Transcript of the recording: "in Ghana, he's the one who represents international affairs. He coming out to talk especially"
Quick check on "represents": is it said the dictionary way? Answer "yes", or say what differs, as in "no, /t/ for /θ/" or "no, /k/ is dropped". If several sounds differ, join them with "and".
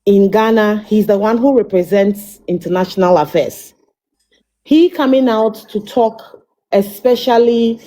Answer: yes